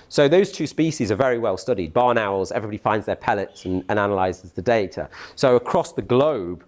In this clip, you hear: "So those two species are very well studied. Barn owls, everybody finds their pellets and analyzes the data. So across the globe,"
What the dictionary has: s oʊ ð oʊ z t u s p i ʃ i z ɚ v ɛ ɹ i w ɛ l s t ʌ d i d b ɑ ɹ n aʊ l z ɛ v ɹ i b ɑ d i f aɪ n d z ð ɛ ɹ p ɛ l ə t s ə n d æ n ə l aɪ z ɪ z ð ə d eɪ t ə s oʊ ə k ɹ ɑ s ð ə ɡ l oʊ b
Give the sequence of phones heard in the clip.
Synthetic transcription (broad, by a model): s oʊ ð oʊ z t u s p i ʃ i z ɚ v ɛ ɹ i w ɛ l s t ʌ d i d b ɑ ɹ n aʊ l z ɛ v ɹ i b ɑ d i f aɪ n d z ð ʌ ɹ p ɛ l ə t s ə n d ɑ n ə l aɪ z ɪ z ð ə d eɪ t ə s oʊ ə k ɹ ɑ s ð ə ɡ l oʊ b